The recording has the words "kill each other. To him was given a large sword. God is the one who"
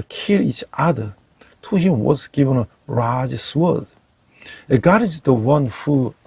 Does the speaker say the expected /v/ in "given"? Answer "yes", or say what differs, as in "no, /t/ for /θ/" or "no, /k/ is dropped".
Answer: yes